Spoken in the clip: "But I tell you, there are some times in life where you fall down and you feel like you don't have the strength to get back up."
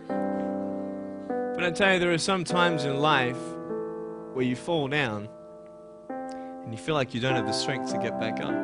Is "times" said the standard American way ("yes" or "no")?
yes